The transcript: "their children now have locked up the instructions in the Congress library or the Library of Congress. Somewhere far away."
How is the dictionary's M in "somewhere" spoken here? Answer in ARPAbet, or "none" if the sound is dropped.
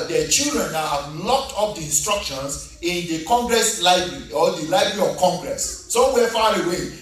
none